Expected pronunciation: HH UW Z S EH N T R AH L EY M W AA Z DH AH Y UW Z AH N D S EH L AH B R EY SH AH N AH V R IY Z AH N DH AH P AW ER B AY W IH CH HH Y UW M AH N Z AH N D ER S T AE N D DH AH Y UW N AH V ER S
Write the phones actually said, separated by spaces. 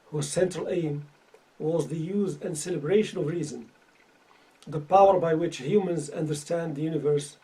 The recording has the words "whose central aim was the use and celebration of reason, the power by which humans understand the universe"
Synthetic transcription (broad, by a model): HH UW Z S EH N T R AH L EY M W AA Z DH AH Y UW Z AH N D S EH L AH B R EY SH AH N AH V R IY Z AH N DH AH P AW ER B AY W IH CH HH Y UW M AH N Z AH N D ER S T AE N D DH AH Y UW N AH V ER S